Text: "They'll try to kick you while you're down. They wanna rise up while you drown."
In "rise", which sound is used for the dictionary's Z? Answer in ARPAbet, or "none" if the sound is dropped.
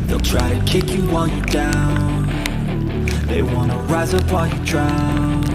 Z